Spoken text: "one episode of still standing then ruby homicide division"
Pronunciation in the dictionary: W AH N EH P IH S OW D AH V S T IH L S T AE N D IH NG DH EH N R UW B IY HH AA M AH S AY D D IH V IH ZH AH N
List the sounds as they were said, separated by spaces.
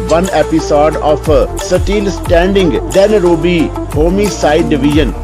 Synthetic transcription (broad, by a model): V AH N EH P IH S OW D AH P S T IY L S T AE N D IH NG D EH N R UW B IY HH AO M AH S AY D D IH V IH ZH AH N